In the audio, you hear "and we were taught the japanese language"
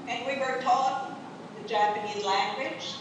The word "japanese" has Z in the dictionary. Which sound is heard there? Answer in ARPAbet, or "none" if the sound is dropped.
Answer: Z